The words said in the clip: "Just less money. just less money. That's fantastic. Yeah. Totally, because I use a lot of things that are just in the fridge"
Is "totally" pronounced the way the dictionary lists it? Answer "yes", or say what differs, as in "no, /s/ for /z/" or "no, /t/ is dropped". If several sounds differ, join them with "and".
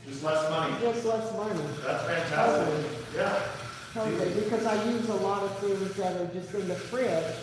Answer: no, /l/ is dropped